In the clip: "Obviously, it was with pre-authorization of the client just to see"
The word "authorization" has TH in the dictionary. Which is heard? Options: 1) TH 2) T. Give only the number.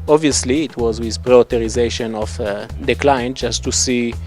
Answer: 2